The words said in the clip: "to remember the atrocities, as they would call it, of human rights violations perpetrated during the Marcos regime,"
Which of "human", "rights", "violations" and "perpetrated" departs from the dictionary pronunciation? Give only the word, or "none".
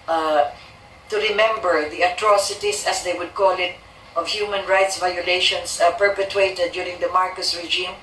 violations